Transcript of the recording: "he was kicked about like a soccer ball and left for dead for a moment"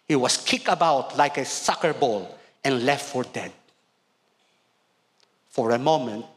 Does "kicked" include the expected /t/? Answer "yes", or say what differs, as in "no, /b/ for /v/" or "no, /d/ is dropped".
no, /t/ is dropped